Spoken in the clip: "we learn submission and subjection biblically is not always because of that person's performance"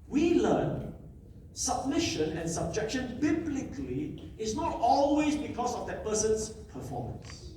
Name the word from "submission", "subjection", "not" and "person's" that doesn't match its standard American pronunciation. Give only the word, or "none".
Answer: person's